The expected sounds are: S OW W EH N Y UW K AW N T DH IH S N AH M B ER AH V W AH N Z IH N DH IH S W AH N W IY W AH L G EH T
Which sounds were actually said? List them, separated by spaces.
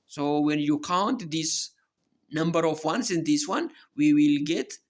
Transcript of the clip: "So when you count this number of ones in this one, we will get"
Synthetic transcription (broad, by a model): S OW W EH N Y UW K AW N T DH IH S N AH M B ER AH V W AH N S IH N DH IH S W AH N W IY W AH L G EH T